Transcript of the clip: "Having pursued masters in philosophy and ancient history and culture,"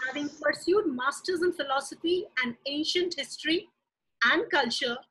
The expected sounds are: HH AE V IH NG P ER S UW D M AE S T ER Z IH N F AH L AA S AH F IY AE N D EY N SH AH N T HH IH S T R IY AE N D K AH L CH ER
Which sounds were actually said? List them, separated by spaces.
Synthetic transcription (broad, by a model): HH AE V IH NG P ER S UW D M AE S T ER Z IH N F AH L AA S AH F IY AE N D EY N SH AH N T HH IH S T R IY AE N D K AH L CH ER